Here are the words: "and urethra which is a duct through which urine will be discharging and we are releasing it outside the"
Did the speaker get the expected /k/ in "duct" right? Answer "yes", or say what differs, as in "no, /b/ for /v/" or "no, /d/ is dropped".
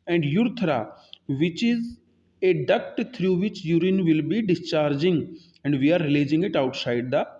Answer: yes